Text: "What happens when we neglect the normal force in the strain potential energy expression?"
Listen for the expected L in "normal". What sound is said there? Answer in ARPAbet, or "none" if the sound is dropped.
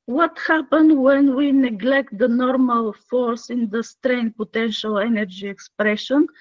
L